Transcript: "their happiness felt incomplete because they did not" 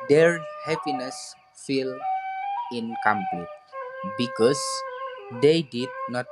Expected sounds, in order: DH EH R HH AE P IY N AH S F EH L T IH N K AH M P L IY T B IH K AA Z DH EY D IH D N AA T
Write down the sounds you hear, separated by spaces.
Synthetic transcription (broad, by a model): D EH R HH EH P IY N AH S F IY L IH N K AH M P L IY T B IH K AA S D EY D IH D N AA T